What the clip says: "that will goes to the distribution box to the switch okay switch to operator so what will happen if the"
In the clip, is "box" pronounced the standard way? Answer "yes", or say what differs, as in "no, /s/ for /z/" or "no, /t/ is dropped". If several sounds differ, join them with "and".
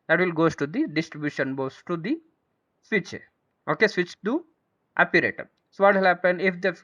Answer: no, /k/ is dropped